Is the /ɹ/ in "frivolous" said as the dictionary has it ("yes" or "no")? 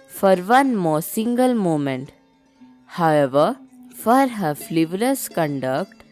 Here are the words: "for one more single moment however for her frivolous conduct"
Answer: no